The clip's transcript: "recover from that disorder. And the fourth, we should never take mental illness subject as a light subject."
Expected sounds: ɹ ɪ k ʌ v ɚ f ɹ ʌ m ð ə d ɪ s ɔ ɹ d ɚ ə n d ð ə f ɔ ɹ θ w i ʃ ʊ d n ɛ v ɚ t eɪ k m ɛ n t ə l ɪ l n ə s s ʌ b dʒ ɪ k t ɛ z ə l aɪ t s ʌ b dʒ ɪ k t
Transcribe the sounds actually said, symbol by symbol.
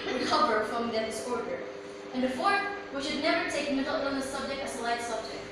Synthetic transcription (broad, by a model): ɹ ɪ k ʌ v ɚ f ɹ ʌ m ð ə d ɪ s ɔ ɹ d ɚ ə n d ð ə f ɔ ɹ t w i ʃ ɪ d n ɛ v ɚ t eɪ k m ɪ t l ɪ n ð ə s s ʌ b dʒ ɪ k t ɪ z ə l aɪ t s ʌ b dʒ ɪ k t